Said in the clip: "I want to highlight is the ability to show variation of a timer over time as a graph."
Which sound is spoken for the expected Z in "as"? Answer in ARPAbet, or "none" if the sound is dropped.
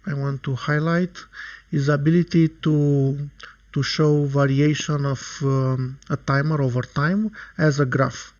Z